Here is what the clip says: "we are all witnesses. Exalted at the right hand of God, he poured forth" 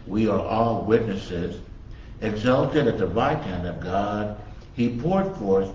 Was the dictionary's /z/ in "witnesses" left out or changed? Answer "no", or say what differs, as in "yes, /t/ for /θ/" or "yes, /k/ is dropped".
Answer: no